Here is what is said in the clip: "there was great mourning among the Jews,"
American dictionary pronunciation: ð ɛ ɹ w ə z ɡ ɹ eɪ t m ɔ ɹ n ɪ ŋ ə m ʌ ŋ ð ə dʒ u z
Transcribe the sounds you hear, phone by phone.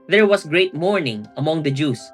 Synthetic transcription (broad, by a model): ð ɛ ɹ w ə s ɡ ɹ eɪ t m ɔ ɹ n ɪ ŋ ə m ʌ ŋ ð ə dʒ u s